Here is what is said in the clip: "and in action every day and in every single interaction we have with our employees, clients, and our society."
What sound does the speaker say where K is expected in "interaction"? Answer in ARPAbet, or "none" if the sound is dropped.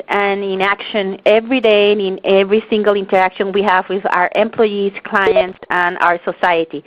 K